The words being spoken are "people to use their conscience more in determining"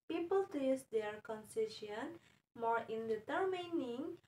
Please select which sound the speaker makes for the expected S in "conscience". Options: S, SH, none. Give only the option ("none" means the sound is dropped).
none